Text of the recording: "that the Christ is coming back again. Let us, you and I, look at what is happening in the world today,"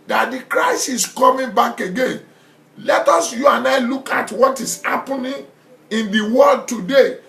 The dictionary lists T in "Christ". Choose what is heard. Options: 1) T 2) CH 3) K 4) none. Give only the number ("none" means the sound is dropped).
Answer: 4